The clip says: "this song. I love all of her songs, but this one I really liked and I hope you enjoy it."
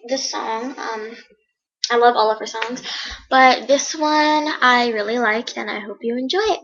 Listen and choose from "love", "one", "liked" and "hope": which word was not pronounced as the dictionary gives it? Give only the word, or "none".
liked